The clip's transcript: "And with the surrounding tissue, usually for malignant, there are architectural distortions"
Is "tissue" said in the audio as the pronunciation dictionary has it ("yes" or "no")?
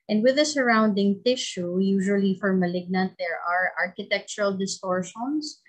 yes